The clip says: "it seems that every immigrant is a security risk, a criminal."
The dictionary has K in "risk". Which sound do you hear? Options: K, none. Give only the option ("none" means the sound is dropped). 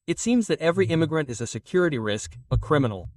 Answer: K